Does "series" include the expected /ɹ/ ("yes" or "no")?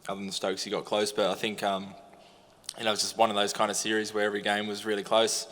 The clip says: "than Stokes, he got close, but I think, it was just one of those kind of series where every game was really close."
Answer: yes